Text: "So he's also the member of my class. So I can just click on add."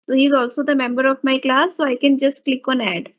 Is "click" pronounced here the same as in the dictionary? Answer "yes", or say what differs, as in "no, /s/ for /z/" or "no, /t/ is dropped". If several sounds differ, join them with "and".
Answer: yes